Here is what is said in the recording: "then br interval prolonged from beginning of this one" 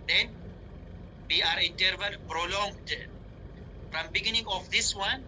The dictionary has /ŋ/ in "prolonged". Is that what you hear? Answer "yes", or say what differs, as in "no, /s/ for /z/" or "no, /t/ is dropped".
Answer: yes